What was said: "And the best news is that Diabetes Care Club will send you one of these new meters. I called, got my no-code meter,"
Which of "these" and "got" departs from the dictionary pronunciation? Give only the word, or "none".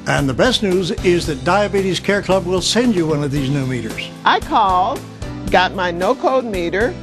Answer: none